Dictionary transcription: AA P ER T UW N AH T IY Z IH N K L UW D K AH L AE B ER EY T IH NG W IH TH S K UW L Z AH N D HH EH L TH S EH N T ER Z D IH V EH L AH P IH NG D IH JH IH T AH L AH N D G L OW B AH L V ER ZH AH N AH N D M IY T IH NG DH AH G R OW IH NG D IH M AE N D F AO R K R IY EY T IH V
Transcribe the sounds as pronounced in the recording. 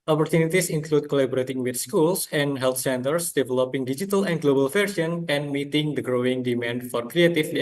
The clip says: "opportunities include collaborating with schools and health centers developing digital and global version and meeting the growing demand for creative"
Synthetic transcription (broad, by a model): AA P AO T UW N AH T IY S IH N K L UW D K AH L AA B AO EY T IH NG W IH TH S K UW L S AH N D HH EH L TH S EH N T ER S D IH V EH L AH P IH NG D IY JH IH T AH L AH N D G L OW B AH L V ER S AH N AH N M IY T IH NG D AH G R OW IH NG D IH M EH N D F AO R K R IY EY T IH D